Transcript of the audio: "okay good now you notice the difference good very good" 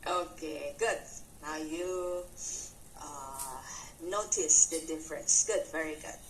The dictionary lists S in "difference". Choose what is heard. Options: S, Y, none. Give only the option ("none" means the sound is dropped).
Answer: S